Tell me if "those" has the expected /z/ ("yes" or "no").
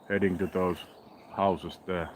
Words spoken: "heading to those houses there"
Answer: no